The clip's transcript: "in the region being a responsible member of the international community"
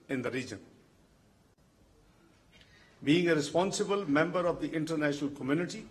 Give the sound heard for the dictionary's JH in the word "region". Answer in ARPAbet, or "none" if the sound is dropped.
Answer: JH